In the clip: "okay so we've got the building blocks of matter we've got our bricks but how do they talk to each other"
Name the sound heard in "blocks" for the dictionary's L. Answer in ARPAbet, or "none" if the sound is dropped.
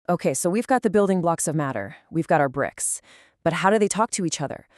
L